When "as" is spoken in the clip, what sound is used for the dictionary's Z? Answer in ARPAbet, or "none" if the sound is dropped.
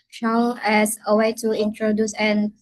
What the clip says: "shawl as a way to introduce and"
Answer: S